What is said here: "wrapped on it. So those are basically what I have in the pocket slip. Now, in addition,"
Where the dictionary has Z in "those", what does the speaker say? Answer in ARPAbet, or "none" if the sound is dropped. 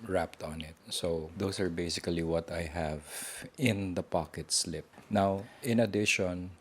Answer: S